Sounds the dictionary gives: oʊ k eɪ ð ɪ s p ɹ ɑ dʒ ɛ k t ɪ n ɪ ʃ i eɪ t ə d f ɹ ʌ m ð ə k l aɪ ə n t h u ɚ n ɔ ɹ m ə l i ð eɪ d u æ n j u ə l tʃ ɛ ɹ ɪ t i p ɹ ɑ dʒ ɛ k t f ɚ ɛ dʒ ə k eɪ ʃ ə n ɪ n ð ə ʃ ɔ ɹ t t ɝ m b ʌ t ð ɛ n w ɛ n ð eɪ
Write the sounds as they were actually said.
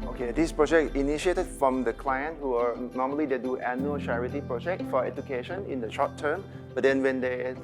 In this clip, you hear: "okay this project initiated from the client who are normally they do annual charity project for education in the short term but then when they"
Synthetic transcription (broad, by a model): oʊ k eɪ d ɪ s p ɹ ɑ dʒ ɛ k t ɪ n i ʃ i eɪ t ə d f ɹ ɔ m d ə k l aɪ ə n t h u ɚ n ɔ m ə l i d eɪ d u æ n j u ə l tʃ ɛ ɹ ɪ t i p ɹ ɑ dʒ ɛ k t f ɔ ɛ dʒ ə k eɪ ʃ ə n ɪ n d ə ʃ ɔ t t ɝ m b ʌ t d ɛ n w ɛ n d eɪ